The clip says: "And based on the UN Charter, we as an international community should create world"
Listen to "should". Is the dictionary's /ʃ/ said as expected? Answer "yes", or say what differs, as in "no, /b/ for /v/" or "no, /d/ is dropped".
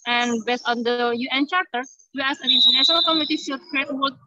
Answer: no, /s/ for /ʃ/